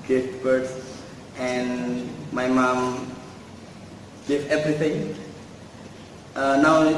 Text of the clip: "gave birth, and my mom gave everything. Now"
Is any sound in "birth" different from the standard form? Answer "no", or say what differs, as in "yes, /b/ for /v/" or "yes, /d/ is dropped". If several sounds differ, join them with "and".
yes, /s/ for /θ/